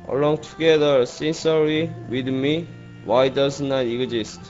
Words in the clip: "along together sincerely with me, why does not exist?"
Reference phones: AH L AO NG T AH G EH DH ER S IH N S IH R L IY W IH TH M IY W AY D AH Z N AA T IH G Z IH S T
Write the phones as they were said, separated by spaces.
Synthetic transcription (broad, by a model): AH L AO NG T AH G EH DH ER S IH N S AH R IY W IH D M IY W AY D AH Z N AA T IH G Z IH S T